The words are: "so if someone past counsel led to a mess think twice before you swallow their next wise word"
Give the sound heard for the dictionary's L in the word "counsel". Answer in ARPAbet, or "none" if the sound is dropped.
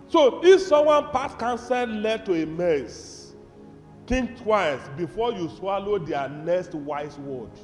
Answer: N